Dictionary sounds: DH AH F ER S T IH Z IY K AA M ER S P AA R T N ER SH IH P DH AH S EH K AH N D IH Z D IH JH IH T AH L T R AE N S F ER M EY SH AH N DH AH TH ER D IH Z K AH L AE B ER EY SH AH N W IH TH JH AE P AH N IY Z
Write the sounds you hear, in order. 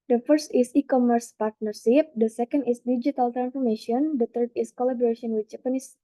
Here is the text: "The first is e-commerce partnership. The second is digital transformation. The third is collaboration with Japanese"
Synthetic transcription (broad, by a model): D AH F ER S T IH S IY K AA M ER S P AA R T N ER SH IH P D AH S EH K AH N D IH S D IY JH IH T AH L T R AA N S F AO M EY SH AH N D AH T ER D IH S K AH L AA B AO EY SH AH N W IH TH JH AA P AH N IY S